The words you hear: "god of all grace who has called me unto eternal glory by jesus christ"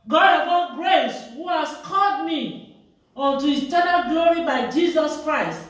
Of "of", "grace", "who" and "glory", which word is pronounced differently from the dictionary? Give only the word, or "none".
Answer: of